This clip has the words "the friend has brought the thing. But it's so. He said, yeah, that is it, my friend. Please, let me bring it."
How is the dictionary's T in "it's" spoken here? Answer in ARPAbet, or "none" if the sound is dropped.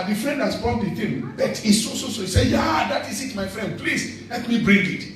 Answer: S